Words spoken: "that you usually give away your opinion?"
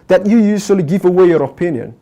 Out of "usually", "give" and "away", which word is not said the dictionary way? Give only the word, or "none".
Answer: usually